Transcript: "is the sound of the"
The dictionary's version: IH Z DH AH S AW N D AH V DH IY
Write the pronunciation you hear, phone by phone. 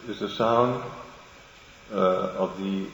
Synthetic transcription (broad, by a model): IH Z DH AH S AW N D AH V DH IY